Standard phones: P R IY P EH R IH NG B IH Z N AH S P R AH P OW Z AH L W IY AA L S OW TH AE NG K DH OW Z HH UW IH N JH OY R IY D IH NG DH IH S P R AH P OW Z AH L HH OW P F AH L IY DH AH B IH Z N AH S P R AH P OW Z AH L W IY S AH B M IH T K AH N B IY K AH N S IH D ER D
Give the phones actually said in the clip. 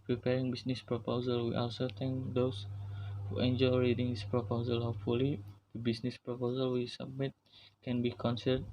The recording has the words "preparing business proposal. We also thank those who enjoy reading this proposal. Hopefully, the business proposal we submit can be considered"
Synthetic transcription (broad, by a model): P R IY P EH R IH NG B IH S N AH S P R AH P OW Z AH L W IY AA L S OW T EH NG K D OW S HH UW IH N JH OY R IY D IH NG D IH S P R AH P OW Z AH L HH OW F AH L IY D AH B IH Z N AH S P R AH P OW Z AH L W IY S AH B M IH T K AH N B IY K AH N S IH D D